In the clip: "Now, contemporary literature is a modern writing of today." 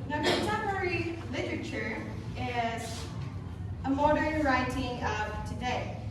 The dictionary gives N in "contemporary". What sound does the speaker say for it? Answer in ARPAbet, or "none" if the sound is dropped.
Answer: none